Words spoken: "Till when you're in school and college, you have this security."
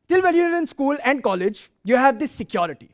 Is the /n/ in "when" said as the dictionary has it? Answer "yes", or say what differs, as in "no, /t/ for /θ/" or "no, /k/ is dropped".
no, /l/ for /n/